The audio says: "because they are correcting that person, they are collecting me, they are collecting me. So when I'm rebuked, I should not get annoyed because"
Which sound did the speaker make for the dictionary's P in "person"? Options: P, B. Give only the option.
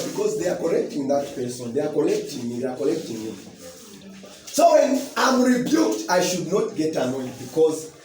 P